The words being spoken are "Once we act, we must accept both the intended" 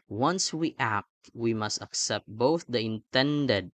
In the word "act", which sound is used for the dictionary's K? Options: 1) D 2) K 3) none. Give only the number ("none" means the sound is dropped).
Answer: 2